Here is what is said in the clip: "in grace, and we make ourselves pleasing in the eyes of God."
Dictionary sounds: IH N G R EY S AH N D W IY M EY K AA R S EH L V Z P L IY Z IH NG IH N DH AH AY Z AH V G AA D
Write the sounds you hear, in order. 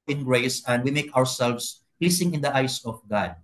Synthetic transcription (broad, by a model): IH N G R EY S AH N D W IY M EY K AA R S EH L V S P L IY S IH NG IH N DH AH AY S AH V G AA D